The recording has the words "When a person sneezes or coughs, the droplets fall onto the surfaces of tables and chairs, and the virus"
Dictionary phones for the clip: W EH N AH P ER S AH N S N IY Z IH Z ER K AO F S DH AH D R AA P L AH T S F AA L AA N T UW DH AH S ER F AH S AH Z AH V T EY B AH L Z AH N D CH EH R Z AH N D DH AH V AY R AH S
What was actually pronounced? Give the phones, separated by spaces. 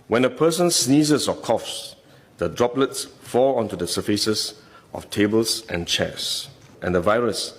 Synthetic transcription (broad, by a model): W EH N AH P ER S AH N S N IY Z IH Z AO K AO F S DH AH D R AA P L AH T S F AA L AA N T UW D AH S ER F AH S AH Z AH F T EY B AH L S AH N CH EH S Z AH N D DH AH V AY R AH S